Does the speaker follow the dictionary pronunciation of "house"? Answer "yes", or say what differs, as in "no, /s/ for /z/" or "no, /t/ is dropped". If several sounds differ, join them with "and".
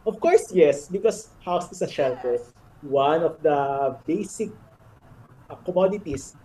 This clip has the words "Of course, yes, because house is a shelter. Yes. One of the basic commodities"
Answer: yes